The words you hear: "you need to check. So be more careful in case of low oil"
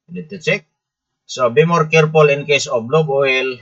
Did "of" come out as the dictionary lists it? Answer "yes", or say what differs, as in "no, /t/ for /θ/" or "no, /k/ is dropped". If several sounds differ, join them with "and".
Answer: no, /b/ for /v/